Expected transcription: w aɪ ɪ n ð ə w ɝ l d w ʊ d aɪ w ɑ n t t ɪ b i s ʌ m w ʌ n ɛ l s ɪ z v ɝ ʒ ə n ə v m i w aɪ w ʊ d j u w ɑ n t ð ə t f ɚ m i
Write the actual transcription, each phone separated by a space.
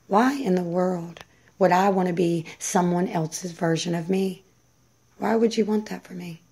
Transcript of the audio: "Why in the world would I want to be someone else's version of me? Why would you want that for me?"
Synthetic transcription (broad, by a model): w aɪ ɪ n ð ə w ɝ l d w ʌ d aɪ w ɑ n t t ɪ b i s ʌ m w ʌ n ɛ l s ɪ z v ɝ ʒ ə n ə v m i w aɪ w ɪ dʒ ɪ w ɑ n ð ə t f ɚ m i